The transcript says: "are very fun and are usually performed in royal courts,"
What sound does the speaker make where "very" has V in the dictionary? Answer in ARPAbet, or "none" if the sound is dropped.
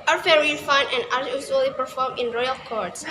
F